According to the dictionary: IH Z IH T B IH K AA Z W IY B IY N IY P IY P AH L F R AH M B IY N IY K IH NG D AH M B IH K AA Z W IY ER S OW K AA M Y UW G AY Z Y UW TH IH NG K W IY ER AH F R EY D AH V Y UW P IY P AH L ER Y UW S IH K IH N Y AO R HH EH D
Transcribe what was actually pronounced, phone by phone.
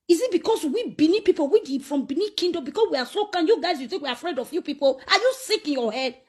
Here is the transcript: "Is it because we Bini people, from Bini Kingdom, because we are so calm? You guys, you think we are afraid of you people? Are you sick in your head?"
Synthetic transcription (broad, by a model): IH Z IH T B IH K AA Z W IY B IY N IY P IY P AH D F R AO M B IY N IY K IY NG D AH M B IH K AA S W IY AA S OW K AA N Y UW G AY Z Y UW T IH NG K W IY AH F R EY D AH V Y UW P IY P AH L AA Y UW S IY K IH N Y AO HH EH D